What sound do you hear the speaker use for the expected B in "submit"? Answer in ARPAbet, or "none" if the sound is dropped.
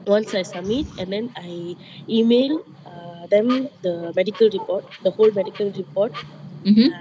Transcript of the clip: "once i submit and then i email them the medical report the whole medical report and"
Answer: none